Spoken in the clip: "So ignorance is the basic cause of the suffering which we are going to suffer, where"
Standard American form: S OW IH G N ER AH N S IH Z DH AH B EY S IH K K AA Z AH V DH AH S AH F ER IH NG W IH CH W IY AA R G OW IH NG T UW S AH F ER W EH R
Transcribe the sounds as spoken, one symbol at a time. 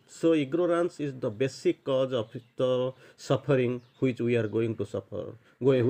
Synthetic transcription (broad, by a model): S OW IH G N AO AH N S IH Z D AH B EY S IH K K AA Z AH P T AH S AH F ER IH NG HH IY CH W IY AA R G OW IH NG T UW S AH P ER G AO